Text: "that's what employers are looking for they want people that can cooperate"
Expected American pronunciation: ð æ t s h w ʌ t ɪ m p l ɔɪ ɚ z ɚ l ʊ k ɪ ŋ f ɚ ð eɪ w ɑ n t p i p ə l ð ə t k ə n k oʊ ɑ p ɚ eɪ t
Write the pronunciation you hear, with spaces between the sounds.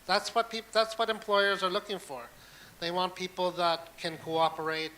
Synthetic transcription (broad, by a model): ð æ t s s w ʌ t ɪ m p l ɔɪ ɚ z ɚ l ʊ k ɪ ŋ f ɚ ð eɪ w ɑ n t p i p l ð ə t k ə n k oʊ ɑ p ɚ eɪ t